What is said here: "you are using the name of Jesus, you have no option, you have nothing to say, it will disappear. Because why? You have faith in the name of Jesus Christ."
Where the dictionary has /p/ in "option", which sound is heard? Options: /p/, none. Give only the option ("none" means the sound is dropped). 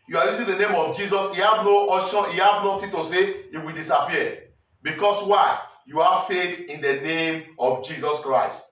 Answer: none